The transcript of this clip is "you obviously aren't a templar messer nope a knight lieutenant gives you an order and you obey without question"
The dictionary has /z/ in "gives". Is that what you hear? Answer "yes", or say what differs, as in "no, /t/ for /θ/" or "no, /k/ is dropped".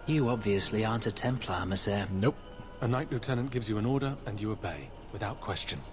yes